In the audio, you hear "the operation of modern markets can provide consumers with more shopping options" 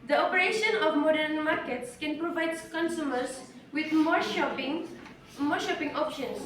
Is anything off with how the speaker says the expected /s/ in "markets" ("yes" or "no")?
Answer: no